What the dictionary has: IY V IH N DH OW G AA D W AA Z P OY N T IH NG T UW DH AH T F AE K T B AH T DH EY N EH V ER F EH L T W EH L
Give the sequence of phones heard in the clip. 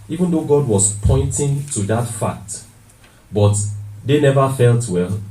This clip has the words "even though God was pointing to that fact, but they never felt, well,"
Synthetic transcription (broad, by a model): IY V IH N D OW G AA D W AA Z P OY N T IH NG T UW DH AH T F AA K T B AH T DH EY N EH V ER F EH L T W EH L